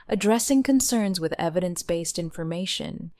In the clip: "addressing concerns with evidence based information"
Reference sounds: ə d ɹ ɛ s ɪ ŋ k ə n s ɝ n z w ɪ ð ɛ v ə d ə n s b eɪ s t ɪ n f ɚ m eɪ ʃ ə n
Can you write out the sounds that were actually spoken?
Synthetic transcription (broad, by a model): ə d ɹ ɛ s ɪ ŋ k ə n s ɝ n z w ɪ ð ɛ v ə d ə n s b eɪ s t ɪ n f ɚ m eɪ ʃ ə n